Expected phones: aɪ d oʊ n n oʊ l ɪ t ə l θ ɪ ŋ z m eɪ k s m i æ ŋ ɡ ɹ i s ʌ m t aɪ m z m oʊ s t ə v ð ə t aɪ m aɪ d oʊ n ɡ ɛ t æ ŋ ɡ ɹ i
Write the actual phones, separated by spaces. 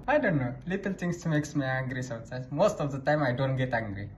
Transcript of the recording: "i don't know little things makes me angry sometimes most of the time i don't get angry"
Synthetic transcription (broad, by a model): aɪ d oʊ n n oʊ l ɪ t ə l t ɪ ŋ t m eɪ k s m i æ ŋ ɡ ɹ i s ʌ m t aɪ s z m oʊ s t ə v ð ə t aɪ m aɪ d oʊ n ɡ ɛ t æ ŋ ɡ ɹ i